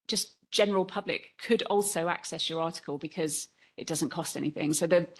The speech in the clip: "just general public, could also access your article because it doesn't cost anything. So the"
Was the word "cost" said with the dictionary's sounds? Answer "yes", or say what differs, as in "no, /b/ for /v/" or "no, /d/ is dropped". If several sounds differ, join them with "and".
yes